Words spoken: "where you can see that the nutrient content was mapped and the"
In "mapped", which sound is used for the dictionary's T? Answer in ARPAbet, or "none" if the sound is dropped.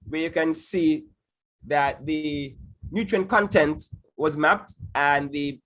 T